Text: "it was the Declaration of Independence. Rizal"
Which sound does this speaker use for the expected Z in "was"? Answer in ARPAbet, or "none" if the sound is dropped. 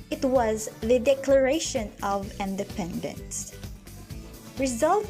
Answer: Z